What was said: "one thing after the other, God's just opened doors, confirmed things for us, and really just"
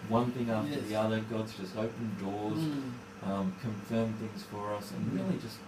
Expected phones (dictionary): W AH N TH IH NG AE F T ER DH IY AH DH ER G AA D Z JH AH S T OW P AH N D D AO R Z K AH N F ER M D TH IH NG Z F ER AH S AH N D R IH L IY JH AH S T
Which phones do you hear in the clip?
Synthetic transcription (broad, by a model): W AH N TH IH NG AE F T ER DH IY AH DH ER G AA D Z JH AH S T OW P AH N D D AO R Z K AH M F ER M TH IH NG Z F ER AH S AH N R IH L IY JH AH S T